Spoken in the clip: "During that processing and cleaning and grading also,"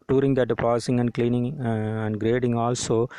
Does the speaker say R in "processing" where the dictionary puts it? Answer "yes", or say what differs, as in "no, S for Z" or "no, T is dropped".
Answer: no, R is dropped